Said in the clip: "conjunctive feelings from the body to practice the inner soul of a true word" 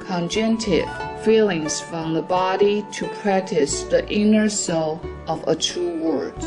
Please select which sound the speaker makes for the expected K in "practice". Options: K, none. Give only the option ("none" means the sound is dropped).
K